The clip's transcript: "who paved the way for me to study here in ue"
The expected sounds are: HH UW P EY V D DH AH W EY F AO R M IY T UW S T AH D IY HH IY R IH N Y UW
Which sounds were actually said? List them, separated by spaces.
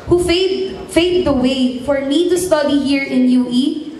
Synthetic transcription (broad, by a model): HH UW F EY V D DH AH W EY F AO R M IY T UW S T AH D IY HH IY R IH N Y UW